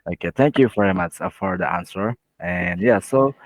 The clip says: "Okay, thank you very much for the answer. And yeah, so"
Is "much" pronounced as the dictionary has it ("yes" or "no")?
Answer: yes